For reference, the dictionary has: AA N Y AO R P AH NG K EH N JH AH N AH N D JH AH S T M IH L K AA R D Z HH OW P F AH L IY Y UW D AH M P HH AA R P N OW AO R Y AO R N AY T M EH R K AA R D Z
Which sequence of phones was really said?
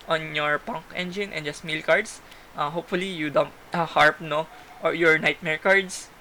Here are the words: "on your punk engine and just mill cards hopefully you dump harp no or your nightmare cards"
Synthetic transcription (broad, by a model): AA N Y AO R P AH NG K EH N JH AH N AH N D JH AH S T M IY L K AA R D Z HH OW P F AH L IY Y UW D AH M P HH AA R P N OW AO R Y AO R N AY T M EH R K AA R D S